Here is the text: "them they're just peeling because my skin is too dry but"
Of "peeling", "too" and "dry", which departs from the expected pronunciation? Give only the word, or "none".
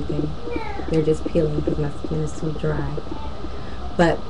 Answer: too